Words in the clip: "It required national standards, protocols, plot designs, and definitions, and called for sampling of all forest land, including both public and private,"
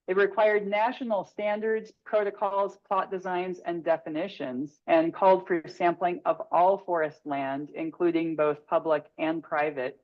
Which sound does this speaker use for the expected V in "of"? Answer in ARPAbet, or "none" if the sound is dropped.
V